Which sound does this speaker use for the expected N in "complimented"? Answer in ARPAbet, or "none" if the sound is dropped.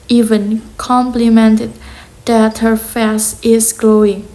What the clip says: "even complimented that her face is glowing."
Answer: N